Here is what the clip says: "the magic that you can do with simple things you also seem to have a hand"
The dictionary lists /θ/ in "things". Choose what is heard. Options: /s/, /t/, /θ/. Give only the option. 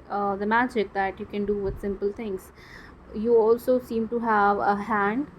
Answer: /t/